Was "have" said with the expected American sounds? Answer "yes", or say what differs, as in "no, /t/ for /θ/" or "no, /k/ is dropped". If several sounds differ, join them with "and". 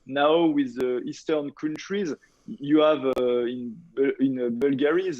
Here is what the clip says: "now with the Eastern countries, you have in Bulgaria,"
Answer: no, /b/ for /v/